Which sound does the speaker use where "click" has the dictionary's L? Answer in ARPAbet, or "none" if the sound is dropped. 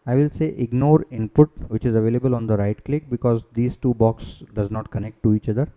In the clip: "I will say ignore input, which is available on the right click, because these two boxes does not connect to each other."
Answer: L